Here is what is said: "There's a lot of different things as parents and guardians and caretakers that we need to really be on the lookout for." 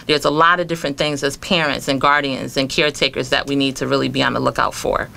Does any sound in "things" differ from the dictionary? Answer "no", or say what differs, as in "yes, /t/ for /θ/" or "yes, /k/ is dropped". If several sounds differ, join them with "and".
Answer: no